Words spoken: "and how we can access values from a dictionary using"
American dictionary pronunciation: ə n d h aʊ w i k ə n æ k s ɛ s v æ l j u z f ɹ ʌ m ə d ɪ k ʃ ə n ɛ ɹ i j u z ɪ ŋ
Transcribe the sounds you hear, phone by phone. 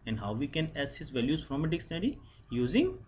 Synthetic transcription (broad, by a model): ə n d h aʊ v i k ə n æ s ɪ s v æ l j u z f ɹ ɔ m ə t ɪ k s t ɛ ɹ i j u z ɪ ŋ